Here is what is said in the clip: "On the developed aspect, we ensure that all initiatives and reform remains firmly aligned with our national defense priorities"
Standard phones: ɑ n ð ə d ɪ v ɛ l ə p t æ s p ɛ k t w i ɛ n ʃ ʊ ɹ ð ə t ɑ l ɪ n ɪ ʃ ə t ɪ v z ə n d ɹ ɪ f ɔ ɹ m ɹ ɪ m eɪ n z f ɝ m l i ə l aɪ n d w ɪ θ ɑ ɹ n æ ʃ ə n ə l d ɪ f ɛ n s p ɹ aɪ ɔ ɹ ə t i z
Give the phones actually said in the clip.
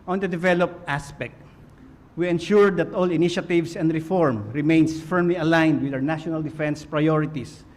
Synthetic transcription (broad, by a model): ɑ n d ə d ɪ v ɛ l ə p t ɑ s p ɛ k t w i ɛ n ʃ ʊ ɹ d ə t ɑ l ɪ n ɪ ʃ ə t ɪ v s ə n d ɹ ɪ f ɔ ɹ m ɹ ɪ m eɪ n s f ɝ m l i ə l aɪ n d w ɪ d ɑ w n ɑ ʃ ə n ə l d ɪ f ɛ n s p ɹ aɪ ɔ ɹ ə t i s